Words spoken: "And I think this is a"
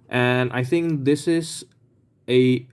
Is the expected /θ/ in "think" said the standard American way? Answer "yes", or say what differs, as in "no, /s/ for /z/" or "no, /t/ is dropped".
yes